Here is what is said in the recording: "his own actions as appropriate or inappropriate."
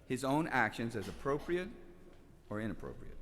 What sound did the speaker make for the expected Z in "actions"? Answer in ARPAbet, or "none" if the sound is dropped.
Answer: Z